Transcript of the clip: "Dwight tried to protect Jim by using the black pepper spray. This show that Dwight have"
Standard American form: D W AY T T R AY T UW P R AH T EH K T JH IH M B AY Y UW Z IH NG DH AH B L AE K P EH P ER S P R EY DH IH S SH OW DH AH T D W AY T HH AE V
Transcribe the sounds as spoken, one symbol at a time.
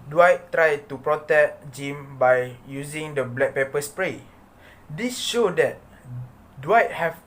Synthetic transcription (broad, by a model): D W AY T T R AY T UW P R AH T EH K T JH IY M B AY Y UW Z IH NG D AH B L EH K P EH P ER S P R EY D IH S SH OW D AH T D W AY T HH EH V